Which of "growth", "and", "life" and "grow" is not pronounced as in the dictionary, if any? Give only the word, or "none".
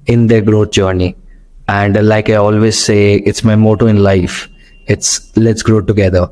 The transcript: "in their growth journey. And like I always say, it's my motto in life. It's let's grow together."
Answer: growth